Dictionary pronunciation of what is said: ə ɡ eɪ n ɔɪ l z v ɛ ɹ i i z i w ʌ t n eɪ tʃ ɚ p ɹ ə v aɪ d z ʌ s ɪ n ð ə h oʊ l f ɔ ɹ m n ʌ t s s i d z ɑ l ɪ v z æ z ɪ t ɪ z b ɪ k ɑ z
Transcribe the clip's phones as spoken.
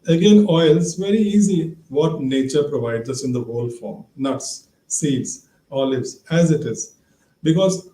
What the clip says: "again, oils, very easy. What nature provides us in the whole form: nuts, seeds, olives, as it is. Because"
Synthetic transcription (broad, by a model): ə ɡ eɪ n ɔɪ l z v ɛ ɹ i i z i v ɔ t n eɪ tʃ ɚ p ɹ ə v aɪ d z ʌ s ɪ n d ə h oʊ l f ɔ ɹ m n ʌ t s s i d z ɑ l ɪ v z æ z ɪ t ɪ z b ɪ k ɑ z